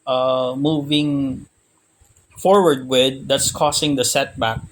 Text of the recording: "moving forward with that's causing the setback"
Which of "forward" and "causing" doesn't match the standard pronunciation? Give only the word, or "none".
causing